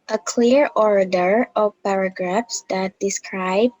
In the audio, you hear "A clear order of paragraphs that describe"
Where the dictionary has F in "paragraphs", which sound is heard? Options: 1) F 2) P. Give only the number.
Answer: 1